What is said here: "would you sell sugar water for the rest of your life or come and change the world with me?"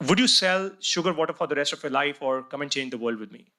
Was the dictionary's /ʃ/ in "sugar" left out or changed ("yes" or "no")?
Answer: no